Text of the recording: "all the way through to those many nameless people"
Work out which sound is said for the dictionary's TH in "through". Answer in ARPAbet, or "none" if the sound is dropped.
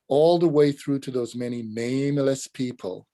TH